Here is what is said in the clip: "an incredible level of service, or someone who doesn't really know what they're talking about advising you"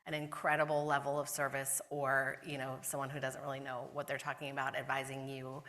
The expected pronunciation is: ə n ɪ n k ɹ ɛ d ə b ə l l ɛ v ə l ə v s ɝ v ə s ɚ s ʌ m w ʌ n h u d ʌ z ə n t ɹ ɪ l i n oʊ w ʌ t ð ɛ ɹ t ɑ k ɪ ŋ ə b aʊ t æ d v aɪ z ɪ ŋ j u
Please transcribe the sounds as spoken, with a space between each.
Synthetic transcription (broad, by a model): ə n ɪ n k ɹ ɛ d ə b l l ɛ v l ə v s ɝ v ə s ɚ s ʌ m w ʌ n h u d ʌ z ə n t ɹ ɪ l i n oʊ w ʌ t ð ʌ ɹ t ɑ k ɪ ŋ ə b aʊ t æ d v aɪ z ɪ ŋ j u